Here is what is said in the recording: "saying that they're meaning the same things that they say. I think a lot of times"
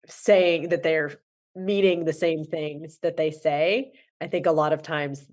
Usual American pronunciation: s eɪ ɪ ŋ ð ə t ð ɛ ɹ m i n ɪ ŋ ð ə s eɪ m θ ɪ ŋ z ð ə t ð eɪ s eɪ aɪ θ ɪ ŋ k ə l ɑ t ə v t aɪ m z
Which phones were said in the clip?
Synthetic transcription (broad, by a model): s eɪ ɪ ŋ ð ə t ð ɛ ɹ m i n ɪ ŋ ð ə s eɪ m θ ɪ ŋ z ð ə t ð eɪ s eɪ aɪ θ ɪ ŋ k ə l ɑ t ə v t aɪ m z